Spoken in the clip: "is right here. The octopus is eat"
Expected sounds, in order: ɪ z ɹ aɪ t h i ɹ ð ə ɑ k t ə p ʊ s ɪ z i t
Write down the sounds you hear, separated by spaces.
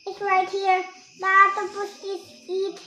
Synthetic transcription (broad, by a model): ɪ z ɹ aɪ t h i ɹ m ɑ t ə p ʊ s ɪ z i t